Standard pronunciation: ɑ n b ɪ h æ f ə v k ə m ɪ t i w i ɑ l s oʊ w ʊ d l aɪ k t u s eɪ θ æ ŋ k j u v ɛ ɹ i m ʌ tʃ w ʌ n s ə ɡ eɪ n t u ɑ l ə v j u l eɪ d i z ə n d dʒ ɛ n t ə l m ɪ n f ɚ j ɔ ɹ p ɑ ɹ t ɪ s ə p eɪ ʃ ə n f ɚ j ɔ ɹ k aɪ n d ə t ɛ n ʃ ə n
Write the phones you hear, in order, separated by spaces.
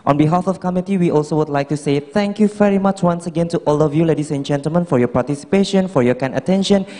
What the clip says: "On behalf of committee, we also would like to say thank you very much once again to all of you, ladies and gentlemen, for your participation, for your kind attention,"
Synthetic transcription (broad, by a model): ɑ n b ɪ h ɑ f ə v k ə m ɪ t i w i ɑ l s oʊ w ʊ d l aɪ k t u s eɪ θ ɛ ŋ k j u v ɛ ɹ i m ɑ tʃ w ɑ n s ə ɡ eɪ n t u ɑ l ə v j u l eɪ d i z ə n dʒ ɛ n t ə l m ɪ n f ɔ j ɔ p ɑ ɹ t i s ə p eɪ ʃ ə n f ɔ j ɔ k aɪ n ə t ɛ n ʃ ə n